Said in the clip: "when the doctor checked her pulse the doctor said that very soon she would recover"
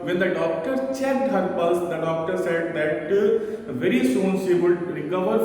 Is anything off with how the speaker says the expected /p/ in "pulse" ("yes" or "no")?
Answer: yes